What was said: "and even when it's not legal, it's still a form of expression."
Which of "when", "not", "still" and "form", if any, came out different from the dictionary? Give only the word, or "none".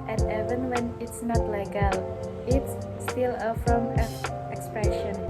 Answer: form